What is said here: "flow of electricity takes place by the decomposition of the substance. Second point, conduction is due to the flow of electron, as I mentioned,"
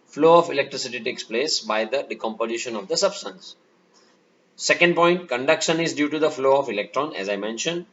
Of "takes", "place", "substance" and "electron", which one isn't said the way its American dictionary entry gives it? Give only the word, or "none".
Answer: none